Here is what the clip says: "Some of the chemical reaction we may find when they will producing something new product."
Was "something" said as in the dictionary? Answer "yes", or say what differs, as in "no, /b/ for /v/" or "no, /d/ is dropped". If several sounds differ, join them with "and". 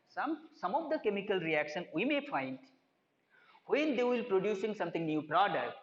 no, /t/ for /θ/